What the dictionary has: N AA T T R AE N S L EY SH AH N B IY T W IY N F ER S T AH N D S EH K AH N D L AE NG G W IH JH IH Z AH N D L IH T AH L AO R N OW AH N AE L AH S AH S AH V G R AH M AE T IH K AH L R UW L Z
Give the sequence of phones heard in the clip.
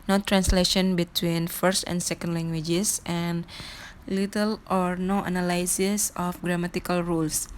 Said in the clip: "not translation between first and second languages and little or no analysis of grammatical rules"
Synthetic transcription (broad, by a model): N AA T T R AE N S L EY SH AH N B IY T W IY N F ER S T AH N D S EH K AH N D L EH NG G W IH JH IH S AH N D L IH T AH L AO R N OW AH N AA L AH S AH S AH F G R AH M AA T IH K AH L R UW L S